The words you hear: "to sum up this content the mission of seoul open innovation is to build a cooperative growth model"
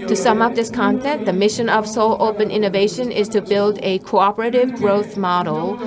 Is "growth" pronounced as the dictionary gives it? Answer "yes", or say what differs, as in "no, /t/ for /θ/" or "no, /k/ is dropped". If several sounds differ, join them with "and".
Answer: yes